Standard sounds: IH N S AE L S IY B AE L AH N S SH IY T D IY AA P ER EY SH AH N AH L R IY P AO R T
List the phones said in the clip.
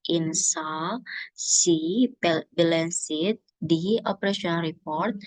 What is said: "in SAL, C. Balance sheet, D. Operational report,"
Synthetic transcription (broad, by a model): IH N S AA S IY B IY L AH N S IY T D IY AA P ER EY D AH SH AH N R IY P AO R T